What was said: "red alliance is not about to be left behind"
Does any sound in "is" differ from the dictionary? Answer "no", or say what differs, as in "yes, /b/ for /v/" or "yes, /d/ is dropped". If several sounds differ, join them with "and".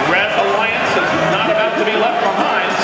no